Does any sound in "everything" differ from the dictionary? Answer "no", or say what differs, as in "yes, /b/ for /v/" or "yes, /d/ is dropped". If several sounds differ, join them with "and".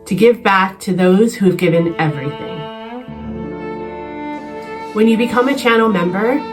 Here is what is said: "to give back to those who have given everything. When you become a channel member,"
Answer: no